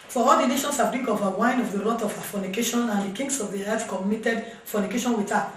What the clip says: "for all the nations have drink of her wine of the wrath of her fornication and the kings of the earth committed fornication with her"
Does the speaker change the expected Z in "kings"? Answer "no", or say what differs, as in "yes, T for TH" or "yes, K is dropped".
yes, S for Z